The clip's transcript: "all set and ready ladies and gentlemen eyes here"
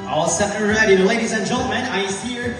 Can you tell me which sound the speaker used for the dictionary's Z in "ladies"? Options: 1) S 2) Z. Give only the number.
2